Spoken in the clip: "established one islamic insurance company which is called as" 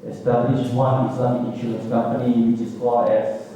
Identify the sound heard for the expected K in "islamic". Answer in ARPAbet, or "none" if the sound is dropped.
none